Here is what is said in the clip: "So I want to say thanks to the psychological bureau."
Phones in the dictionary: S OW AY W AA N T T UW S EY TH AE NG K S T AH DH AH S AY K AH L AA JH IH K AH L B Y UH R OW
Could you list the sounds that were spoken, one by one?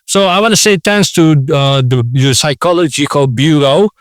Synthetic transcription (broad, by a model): S OW AY W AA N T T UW S EY T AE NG S T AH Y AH S AY K AH L AA JH IH K AH L B Y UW R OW